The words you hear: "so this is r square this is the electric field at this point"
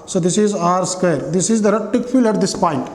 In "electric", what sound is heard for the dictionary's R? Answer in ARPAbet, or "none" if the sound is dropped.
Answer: none